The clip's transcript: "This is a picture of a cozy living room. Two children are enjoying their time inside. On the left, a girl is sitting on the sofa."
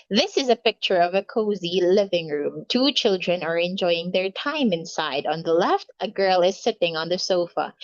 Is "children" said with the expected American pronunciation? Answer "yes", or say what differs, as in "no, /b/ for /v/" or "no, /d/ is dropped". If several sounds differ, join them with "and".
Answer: yes